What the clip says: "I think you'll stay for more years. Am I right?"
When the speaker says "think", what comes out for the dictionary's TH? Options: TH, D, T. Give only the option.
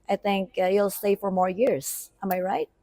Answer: TH